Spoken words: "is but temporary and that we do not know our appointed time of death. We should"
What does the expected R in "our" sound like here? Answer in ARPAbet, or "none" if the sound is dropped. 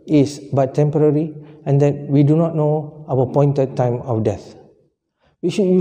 W